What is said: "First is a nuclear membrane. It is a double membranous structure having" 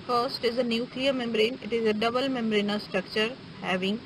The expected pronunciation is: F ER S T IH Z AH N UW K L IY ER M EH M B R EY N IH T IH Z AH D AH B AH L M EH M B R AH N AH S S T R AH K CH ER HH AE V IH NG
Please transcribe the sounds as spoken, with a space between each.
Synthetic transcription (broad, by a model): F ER S T IH Z AH N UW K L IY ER M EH M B R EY N IH T IH Z AH D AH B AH L M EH M R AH N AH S S T R AH K CH ER HH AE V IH NG